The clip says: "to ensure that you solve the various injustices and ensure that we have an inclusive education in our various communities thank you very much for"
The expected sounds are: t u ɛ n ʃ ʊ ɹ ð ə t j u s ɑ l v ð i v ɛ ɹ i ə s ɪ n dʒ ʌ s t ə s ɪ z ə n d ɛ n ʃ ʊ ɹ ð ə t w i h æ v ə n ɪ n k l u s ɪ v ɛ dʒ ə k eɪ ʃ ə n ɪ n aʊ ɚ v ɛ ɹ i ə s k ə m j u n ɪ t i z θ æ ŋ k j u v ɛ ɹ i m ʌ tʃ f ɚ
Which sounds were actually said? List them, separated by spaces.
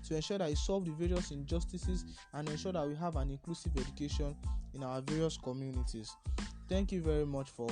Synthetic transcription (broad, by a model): t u ɛ n ʃ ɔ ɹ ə t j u s ɑ l v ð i v ɛ ɹ i ə s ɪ n dʒ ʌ s t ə s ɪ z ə n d ɛ n ʃ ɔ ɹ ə t w i h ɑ v ə n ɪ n k l u s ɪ v ɛ dʒ ə k eɪ ʃ ə n ɪ n aʊ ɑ v ɛ ɹ i ə s k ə m j u n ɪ t i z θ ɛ ŋ k j u v ɛ ɹ i m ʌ tʃ f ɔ